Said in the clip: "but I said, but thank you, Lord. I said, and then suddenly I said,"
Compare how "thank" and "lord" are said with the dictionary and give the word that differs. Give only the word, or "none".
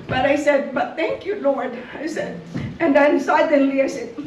none